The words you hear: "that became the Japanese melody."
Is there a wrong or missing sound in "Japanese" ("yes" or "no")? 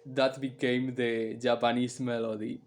yes